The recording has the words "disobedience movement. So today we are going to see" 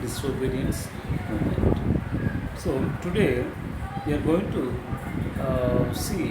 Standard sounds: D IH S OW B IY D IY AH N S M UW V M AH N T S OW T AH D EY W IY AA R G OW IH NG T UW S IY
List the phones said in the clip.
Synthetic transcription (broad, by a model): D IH S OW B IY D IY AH N S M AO M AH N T S OW T AH D EY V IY AA R G OW IH NG T UW S IY